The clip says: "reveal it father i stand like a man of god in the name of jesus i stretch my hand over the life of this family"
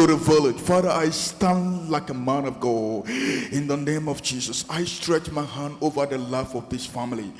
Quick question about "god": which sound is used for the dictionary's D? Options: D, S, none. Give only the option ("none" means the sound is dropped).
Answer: none